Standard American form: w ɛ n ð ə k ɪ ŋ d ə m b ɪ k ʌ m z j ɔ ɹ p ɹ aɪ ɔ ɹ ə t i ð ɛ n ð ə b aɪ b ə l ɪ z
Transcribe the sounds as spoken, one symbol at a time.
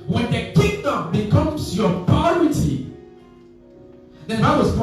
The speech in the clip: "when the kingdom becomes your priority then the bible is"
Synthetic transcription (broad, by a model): w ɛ n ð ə k ɪ ŋ d ə m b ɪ k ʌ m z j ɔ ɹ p aɪ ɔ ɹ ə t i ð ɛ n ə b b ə w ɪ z